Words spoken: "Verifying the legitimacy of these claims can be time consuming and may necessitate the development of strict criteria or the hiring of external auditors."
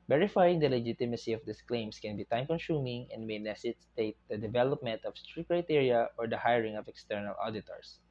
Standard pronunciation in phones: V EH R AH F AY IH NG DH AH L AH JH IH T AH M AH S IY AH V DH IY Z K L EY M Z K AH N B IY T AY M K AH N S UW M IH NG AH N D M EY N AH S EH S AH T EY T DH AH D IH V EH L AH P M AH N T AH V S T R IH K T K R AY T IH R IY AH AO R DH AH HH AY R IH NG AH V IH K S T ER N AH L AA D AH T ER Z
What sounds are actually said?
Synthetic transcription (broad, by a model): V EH R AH F AY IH NG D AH L AH JH IH T AH M AH S IY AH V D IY S K L EY M S K AH N B IY T AY M K AH N S UW M IH NG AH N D M EY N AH S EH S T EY T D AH D IH V EH L AH P M AH N T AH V S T R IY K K R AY T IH R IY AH AO R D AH HH AY R IH NG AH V IH K S T ER N AH L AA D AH T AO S